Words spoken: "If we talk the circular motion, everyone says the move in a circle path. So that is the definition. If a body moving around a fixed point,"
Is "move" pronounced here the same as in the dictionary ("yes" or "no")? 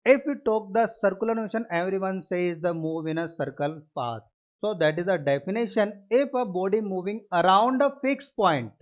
yes